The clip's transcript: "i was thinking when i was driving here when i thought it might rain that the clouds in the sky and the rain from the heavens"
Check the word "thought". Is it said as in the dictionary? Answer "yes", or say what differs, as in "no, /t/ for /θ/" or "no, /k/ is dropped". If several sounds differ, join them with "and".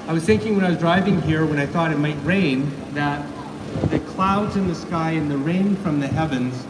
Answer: yes